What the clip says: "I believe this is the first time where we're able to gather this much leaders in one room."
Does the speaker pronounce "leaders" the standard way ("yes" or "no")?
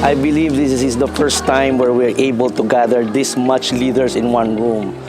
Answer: no